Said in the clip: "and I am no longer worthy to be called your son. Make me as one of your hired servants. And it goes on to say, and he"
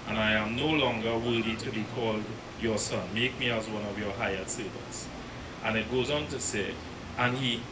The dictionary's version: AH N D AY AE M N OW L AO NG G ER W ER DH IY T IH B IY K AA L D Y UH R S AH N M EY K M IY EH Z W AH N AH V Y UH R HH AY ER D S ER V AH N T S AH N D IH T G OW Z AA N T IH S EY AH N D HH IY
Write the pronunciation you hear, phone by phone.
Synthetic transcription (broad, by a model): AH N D AY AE M N OW L AO NG G ER W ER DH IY T IH B IY K AA L D Y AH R S AH N M EY K M IY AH Z W AH N AH V Y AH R HH AY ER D S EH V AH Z T AH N IH T G OW Z AA N T IH S EY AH N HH IY